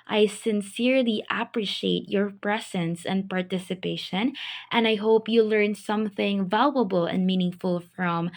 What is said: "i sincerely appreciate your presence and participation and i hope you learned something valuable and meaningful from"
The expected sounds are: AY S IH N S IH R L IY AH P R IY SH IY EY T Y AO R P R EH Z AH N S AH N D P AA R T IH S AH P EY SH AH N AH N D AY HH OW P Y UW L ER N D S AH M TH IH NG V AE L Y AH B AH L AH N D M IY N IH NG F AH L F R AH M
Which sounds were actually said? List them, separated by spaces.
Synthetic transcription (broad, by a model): AY S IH N S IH R L IY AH P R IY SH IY EY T Y AO R P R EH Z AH N S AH N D P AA R T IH S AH P EY SH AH N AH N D AY HH OW P Y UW L ER N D S AH M TH IH NG V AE L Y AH B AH L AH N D M IY N IH NG F AH L F R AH M